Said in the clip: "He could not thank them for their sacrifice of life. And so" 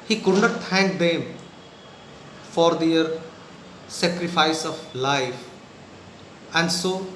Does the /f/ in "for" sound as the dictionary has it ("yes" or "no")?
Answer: yes